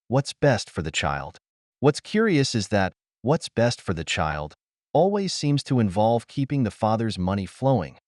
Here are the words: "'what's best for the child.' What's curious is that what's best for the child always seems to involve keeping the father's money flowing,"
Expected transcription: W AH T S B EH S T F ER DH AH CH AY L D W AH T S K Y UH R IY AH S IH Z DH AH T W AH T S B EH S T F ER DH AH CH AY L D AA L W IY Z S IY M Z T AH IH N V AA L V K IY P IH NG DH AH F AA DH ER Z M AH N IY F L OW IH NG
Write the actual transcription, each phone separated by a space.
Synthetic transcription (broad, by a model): W AH T S B EH S T F ER DH AH CH AY L D W AH T S K Y UH R IY AH S IH Z DH AH T W AH T S B EH S T F ER DH AH CH AY L D AA L W IY Z S IY M Z T AH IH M V AA L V K IY P IH NG DH AH F AA DH ER Z M AH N IY F L OW IH NG